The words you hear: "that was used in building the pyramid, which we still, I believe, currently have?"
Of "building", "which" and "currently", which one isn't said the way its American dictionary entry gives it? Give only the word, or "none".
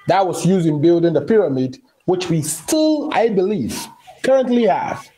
none